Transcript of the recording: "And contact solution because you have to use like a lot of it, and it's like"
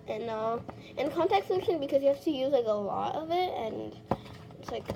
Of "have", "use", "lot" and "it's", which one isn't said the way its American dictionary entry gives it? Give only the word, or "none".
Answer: have